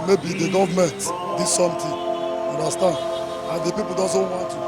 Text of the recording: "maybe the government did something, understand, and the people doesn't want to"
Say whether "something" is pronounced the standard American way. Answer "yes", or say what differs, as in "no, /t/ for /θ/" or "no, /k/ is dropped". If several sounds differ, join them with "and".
no, /t/ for /θ/